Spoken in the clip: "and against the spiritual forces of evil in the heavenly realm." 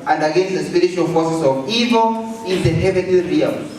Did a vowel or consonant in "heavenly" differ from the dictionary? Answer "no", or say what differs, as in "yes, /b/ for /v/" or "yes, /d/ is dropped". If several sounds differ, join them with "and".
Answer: yes, /l/ is dropped